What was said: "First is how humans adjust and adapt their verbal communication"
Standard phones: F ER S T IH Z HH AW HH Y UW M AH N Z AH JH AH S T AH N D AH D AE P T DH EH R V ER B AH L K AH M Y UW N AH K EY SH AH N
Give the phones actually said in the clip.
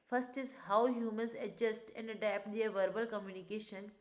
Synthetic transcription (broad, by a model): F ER S T IH Z HH AW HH Y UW M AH N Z AH JH AH S T AH N D AH D AE P T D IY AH V ER B AH L K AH M Y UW N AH K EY SH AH N